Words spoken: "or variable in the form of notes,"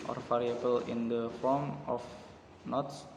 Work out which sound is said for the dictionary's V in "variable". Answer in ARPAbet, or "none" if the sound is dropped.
F